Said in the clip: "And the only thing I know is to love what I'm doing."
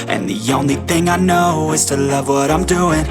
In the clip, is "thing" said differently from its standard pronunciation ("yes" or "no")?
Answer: no